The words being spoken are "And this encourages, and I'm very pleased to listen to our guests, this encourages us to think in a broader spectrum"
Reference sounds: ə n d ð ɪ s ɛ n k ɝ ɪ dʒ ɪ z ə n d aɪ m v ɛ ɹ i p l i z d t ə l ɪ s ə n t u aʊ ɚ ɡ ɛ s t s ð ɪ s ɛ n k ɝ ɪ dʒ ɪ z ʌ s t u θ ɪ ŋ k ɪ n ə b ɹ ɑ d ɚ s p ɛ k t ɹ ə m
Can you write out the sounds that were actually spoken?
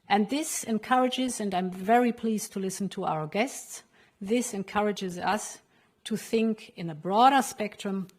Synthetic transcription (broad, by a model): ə n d ð ɪ s ɛ n k ɝ ɪ dʒ ɪ z ə n d aɪ m v ɛ ɹ i p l i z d t ə l ɪ s n t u aʊ ɚ ɡ ɛ s t s ð ɪ s ɛ n k ɝ ɪ dʒ ɪ z ʌ s t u θ ɪ ŋ k ɪ n ə b ɹ ɑ d ɚ s p ɛ k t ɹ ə m